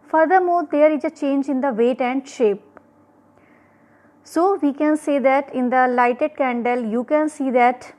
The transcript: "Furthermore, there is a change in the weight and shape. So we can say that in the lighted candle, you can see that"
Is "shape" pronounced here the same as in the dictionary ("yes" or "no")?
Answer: yes